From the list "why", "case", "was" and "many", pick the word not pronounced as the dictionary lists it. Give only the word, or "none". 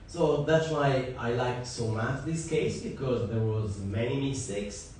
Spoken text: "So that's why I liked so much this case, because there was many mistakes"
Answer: none